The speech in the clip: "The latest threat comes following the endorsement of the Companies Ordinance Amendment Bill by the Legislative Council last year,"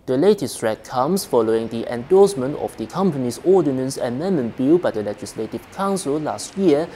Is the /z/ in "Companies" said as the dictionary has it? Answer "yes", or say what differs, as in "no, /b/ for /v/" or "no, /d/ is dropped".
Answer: no, /s/ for /z/